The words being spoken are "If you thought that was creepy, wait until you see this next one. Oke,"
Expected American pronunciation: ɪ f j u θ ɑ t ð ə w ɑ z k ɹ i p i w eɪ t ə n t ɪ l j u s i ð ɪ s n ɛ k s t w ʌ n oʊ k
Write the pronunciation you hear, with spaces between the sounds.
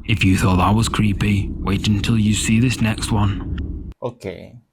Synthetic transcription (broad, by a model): ɪ f j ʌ θ ɑ t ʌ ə w ɑ z k ɹ i p i w eɪ t ə n t ɪ l j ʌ s i ð ɪ s n ɛ k s t w ʌ n oʊ k